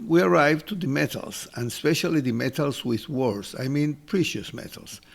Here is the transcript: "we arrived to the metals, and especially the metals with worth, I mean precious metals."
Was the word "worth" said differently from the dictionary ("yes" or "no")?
yes